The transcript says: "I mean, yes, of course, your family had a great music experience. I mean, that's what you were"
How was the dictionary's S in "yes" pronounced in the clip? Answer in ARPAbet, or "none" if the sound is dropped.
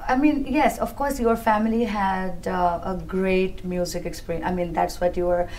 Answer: S